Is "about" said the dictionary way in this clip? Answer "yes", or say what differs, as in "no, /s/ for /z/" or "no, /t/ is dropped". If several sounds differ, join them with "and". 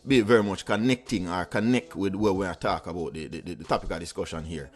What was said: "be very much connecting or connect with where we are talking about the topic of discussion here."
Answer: no, /b/ is dropped